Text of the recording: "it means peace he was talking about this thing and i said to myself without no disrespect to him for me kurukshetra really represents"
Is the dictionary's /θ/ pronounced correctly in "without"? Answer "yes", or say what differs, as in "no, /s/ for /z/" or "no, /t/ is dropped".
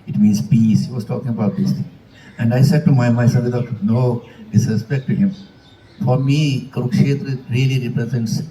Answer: no, /t/ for /θ/